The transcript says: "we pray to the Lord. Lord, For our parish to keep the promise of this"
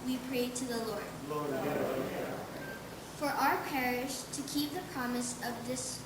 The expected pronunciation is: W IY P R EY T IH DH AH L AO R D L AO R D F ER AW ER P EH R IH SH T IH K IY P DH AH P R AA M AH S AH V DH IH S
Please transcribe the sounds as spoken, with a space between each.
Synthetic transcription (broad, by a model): W IY P R EY T IH DH AH L AO R D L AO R F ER AW ER P EH R IH SH T IH K IY P DH AH P R AA M AH S AH V DH IH S